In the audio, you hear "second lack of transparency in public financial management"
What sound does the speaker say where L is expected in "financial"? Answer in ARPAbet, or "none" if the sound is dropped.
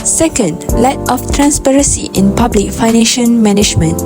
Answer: N